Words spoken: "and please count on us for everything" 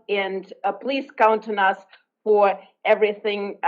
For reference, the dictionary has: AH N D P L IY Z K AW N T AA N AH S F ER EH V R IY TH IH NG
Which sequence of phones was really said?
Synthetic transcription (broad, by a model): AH N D P L IY Z K AW N T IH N AH S F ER EH V R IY TH IH NG